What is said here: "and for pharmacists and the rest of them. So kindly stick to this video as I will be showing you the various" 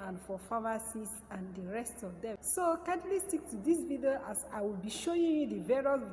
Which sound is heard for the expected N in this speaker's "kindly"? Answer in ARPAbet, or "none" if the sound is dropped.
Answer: none